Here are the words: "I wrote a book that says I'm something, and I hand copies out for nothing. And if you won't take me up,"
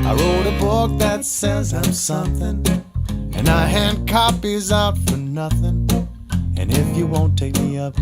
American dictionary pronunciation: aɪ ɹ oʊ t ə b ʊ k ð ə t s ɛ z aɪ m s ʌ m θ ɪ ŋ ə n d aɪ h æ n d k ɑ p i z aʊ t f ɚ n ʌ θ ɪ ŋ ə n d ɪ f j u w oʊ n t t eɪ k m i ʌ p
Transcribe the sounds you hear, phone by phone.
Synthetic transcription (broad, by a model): aɪ ɹ oʊ t ə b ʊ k ð ə t s ɛ z aɪ m s ʌ m θ ɪ ŋ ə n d aɪ h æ n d k ɑ p i z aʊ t f ɚ n ʌ θ ɪ ŋ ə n ɪ f j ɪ w oʊ n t t eɪ k m i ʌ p